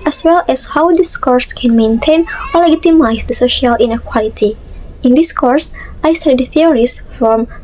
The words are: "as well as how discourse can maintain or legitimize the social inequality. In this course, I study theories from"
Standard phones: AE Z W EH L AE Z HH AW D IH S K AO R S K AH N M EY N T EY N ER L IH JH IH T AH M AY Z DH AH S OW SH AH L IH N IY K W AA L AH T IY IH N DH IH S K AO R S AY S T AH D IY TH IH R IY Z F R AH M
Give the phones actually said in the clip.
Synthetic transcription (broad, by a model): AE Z W EH L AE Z HH AW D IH S K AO R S K AH N M EY N T EY N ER L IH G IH T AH M AY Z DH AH S OW SH AH L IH N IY K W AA L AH T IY IH N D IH S K AO R S AY S T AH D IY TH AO R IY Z F R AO M